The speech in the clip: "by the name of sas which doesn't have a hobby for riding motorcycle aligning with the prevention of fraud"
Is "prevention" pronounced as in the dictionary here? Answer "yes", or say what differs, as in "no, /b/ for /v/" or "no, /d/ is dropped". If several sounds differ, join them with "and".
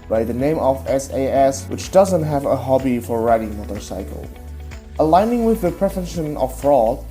no, /f/ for /v/ and /n/ is dropped